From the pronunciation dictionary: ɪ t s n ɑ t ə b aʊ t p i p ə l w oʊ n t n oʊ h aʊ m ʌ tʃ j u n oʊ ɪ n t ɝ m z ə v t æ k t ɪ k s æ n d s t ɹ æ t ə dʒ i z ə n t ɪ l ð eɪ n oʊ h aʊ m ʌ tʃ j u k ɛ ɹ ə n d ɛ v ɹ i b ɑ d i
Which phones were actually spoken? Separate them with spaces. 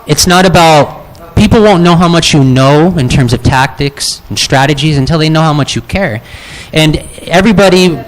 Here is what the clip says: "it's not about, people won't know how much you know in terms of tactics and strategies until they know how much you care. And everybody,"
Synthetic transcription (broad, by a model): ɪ t s n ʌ t ə b aʊ t p i p l w oʊ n n oʊ h aʊ m ʌ tʃ j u n oʊ ɪ n t ɝ m z ə v t æ k t ɪ k s n s t ɹ æ t ə dʒ i z ə n t ɪ l ð eɪ n oʊ h aʊ m ʌ tʃ j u k ɛ ɹ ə n ɛ v ɹ i b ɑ d i